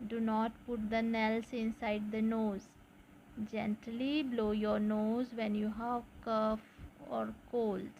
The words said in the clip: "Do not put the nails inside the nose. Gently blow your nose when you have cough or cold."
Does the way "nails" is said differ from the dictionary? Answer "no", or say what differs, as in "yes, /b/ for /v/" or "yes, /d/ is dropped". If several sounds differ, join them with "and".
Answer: yes, /s/ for /z/